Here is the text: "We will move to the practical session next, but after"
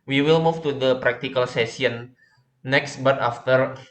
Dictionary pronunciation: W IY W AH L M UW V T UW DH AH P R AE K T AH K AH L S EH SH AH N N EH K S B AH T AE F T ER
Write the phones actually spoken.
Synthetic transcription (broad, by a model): W IY W AH L M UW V T UW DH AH P R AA K T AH K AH L S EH S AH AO N EH K S B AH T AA F T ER